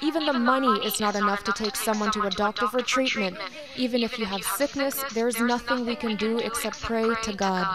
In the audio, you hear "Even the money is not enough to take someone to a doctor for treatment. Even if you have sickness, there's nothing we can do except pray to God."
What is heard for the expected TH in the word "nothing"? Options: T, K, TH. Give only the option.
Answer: TH